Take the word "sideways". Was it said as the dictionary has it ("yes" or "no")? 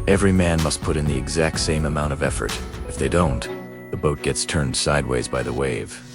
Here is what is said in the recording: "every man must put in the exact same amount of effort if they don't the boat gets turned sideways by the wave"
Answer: yes